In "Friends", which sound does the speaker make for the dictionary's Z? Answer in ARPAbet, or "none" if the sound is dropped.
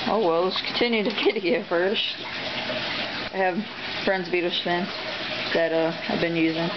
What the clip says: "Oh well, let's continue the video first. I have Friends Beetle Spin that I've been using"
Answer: Z